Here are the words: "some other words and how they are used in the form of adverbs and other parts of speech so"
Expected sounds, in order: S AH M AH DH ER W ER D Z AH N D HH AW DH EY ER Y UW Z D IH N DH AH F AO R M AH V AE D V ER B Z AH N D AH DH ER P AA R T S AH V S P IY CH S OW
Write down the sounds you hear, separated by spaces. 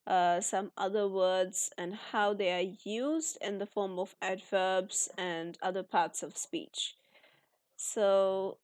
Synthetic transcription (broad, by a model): S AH M AH DH ER W ER D Z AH N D HH AW DH EY ER Y UW Z D IH N DH AH F AO R M AH V AE D V ER B Z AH N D AH DH ER P AA R T S AH V S P IY CH S OW